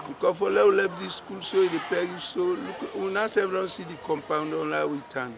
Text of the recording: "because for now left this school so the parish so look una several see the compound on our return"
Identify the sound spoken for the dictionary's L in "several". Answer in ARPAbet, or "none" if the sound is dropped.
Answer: N